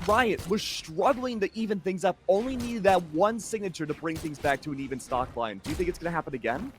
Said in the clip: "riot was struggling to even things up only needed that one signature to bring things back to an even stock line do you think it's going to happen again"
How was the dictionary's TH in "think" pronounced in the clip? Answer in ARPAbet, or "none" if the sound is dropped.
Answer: TH